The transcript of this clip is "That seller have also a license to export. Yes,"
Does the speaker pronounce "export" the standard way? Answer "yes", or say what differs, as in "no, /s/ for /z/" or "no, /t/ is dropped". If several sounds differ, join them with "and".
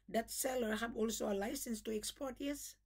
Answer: yes